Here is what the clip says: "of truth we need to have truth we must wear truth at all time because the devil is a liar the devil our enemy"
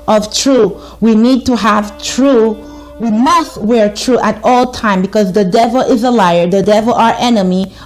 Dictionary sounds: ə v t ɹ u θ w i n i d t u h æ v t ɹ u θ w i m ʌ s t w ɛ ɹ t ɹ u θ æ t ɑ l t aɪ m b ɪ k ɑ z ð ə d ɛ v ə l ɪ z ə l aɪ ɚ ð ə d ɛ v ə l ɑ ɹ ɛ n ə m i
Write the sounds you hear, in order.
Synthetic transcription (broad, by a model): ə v t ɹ u w i n i d t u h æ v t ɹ u w i m ʌ s t w ɛ ɹ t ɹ u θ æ t ɑ l t aɪ m b ɪ k ɑ z ð ə d ɛ v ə l ɪ z ə l aɪ ɚ ð ə d ɛ v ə l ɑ ɹ ɛ n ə m i